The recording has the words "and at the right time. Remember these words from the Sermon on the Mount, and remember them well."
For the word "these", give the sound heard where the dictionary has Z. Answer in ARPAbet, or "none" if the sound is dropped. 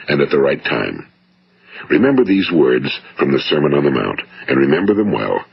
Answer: Z